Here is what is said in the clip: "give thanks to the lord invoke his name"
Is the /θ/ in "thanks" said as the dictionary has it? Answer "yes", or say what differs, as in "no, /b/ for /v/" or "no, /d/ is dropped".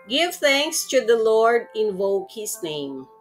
yes